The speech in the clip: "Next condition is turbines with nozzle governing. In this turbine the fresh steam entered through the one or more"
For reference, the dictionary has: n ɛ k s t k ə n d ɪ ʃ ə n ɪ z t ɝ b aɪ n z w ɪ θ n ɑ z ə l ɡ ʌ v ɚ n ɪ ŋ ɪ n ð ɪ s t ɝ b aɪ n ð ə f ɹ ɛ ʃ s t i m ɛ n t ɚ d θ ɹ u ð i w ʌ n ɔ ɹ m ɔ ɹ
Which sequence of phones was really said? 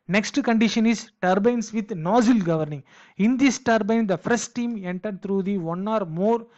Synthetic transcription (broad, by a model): n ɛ k s t k ə n d ɪ ʃ ə n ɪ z t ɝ b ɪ n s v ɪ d n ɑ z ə l ɡ ʌ v ɚ n ɪ ŋ ɪ n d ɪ s t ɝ b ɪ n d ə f ʌ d s t i m ɛ n t ɚ d t ɹ u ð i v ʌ n ɔ ɹ m ɔ ɹ